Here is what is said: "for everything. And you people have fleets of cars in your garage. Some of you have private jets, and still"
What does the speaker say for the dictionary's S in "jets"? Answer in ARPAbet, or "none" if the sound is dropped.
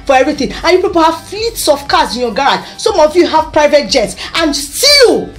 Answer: S